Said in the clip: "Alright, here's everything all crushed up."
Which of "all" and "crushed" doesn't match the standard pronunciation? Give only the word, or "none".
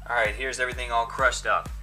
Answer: none